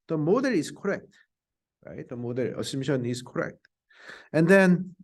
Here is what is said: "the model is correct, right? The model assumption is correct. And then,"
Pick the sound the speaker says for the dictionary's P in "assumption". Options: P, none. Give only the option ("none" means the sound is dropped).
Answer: none